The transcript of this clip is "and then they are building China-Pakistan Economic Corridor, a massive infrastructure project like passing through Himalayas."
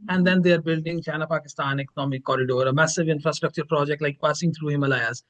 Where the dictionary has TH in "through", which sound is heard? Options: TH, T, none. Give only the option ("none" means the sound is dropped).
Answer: T